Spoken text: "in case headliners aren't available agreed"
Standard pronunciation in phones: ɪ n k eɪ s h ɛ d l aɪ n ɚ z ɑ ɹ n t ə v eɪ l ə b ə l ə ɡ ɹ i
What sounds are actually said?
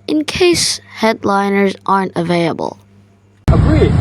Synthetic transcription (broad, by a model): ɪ n k eɪ s h ɛ d l aɪ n ɚ z ɑ ɹ n t ə v eɪ l ə b ə l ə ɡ ɹ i